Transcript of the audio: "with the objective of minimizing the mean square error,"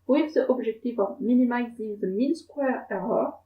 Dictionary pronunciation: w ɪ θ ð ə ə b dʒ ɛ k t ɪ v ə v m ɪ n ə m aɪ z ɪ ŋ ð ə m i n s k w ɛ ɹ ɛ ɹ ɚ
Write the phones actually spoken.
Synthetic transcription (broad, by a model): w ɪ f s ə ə b ʒ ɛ k t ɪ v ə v m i n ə m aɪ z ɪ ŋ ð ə m i n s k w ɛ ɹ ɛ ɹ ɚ